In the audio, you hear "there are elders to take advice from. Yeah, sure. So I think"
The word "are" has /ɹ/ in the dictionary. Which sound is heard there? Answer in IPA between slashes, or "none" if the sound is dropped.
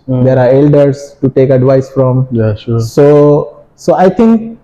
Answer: /ɹ/